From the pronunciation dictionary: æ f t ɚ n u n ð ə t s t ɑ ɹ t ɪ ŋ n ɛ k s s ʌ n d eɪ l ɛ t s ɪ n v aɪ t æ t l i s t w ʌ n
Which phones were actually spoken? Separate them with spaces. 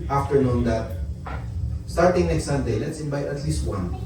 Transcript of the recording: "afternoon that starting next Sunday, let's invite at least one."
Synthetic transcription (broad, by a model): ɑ f t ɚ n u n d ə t s t ɑ ɹ t ɪ ŋ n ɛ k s s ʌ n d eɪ l ɛ t s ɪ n b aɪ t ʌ t l i s t w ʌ n